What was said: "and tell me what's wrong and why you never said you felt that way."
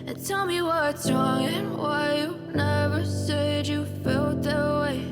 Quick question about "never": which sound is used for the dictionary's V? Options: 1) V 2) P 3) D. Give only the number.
1